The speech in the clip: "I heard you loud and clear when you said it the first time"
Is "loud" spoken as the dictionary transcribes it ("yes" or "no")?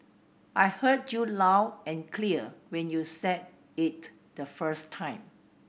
no